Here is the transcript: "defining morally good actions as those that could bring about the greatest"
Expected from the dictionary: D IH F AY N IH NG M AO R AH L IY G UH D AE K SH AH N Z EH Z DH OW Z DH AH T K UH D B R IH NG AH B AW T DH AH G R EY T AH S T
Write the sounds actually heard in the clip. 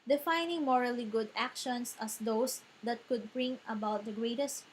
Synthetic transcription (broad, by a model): D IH F AY N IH NG M AO R AH L IY G UH D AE K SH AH N S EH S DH OW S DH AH T K UH D B R IH NG AH B AW T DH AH G R EY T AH S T